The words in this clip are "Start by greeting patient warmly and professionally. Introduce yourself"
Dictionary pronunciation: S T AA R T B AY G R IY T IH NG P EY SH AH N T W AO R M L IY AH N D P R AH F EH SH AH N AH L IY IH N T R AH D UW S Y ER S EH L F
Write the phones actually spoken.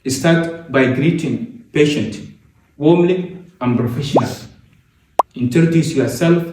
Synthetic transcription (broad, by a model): S T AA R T B AY G R IY T IH NG P EY SH AH N T W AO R M L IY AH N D P R AH F EH SH AH N AH L IY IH N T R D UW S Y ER S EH L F